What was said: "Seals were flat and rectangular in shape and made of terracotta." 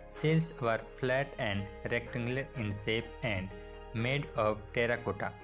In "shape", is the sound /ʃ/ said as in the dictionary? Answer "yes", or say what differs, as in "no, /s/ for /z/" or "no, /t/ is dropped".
no, /s/ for /ʃ/